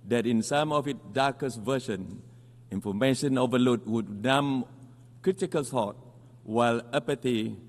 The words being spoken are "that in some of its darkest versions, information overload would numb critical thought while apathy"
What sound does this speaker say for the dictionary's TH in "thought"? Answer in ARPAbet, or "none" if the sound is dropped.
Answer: S